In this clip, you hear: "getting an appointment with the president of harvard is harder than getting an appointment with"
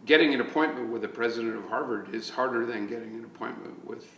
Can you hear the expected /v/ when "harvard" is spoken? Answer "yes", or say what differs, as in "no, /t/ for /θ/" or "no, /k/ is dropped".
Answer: yes